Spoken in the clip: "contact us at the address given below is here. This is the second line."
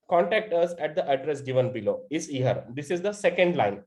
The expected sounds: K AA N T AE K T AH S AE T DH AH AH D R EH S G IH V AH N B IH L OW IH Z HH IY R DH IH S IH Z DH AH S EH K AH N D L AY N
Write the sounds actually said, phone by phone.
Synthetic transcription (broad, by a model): K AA N T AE K T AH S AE T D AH AH D R EH S G IH V AH N B IH L OW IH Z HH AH R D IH S IH Z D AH S EH K AH N D L AY N